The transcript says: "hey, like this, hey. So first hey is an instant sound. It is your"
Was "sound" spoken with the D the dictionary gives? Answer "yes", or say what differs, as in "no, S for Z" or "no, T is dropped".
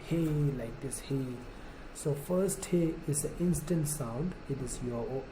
yes